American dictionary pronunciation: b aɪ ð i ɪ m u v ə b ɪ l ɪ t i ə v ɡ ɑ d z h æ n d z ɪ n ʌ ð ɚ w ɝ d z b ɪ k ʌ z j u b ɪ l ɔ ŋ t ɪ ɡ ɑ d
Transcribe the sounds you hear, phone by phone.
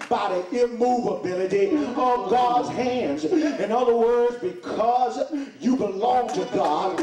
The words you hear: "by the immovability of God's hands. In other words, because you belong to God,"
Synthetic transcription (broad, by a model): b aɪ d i ɪ m u v ə b ɪ l ɪ t i ə v ɡ ɑ d z h æ n d z ɪ n ʌ ð ɚ w ɝ d z b ɪ k ʌ z j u b ɪ l ɔ ŋ t ɪ ɡ ɑ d